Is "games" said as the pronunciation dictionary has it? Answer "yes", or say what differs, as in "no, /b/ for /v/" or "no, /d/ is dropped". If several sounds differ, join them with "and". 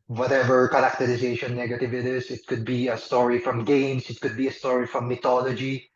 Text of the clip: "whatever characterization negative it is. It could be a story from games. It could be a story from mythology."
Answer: no, /s/ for /z/